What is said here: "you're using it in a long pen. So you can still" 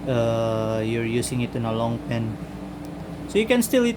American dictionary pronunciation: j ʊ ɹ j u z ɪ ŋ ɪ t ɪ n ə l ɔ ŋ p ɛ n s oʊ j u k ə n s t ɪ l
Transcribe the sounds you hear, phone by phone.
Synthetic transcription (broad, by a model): j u ɹ j u s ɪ ŋ ɪ t ɪ n ə l ɔ ŋ p ɛ n s oʊ j u k ə n s t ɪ l